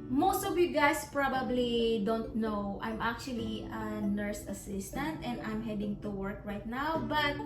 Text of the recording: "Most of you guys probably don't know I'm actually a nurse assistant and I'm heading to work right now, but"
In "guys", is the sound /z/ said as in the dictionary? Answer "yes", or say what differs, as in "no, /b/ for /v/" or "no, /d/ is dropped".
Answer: no, /s/ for /z/